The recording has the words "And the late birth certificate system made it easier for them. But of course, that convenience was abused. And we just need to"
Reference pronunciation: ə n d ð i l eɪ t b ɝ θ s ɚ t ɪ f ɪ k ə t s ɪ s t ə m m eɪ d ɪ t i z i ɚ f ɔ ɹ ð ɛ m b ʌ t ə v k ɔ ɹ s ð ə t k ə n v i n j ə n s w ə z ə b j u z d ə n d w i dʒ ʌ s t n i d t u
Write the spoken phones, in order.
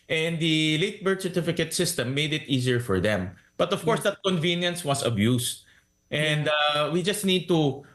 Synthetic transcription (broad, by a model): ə n d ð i l eɪ t b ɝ t s ɚ t ɪ f ɪ k ə t s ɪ s t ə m m eɪ d ɪ t i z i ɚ f ɔ ɹ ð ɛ m b ʌ t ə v k ɔ ɹ s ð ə t k ə n v i n j ə n s w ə s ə b j u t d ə n d w i dʒ ʌ s t n i d t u